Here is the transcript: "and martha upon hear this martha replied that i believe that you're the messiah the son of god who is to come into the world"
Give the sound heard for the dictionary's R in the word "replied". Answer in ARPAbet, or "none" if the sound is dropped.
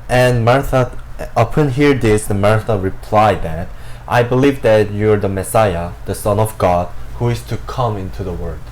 R